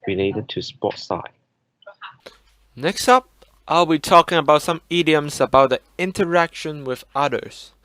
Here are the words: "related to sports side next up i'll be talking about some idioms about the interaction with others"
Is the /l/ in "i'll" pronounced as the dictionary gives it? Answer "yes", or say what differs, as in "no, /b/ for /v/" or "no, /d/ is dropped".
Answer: yes